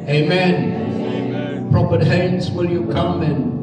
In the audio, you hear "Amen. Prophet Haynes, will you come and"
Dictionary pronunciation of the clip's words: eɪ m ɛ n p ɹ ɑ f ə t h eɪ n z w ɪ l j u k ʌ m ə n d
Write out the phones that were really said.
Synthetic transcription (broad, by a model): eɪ m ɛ n p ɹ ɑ p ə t h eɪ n s w ɪ l j u k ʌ m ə n